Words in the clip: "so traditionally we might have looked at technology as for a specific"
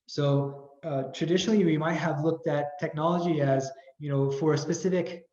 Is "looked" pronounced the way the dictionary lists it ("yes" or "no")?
yes